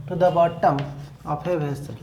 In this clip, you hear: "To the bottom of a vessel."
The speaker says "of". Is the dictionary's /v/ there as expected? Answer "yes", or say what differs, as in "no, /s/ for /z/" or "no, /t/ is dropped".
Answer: no, /p/ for /v/